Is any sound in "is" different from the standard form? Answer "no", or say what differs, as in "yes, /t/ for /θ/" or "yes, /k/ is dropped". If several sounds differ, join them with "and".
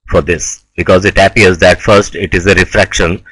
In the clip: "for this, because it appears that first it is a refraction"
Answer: no